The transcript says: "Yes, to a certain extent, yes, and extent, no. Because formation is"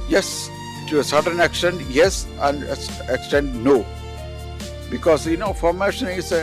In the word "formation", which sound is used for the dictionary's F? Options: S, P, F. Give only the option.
F